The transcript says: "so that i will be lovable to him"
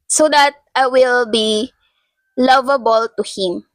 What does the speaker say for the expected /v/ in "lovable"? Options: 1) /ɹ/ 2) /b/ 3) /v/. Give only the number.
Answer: 3